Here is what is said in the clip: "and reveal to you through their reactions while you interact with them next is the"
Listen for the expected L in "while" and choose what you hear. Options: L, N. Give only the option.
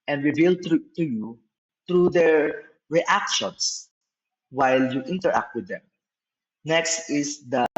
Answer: L